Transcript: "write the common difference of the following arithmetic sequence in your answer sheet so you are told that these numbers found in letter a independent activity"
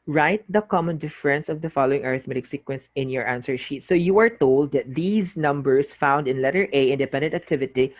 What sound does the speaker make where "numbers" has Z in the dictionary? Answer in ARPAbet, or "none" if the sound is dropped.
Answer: S